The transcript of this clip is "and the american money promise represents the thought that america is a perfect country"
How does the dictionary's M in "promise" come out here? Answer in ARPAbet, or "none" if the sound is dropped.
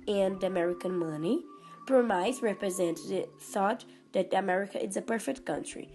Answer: none